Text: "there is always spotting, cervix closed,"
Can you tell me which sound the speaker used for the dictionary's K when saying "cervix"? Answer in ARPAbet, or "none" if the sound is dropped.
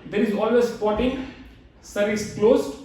none